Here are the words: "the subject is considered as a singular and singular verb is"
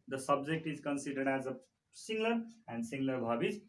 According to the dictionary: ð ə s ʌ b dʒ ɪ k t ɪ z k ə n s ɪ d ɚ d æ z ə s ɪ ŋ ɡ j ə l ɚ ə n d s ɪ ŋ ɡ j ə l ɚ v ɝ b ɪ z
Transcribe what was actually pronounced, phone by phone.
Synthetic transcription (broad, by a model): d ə s ʌ b dʒ ɪ k t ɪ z k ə n s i d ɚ d æ z ə s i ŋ ɡ l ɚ ə n d s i ŋ ɡ l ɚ b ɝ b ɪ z